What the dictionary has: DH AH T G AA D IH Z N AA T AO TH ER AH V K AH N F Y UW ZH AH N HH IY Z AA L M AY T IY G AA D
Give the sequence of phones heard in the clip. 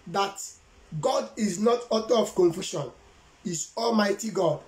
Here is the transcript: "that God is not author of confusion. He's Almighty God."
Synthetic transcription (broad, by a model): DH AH T G AA D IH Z N AA T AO T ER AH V K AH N F Y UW SH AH N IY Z AA L M AY T IY G AA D